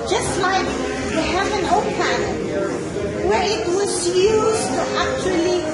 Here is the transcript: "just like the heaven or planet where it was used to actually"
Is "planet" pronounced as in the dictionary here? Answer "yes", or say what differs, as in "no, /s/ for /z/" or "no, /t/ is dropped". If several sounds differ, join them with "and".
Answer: no, /l/ is dropped